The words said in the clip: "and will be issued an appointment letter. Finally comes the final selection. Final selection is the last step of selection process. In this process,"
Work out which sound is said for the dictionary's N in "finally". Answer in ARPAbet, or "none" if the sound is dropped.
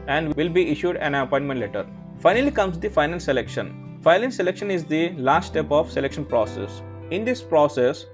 N